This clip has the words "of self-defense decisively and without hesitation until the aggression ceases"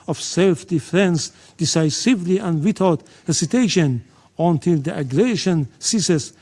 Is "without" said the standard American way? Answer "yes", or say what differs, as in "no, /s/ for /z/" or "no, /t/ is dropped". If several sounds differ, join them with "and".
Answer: no, /t/ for /θ/